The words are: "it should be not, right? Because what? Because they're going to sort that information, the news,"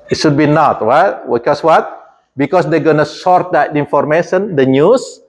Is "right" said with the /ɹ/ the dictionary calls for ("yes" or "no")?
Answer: no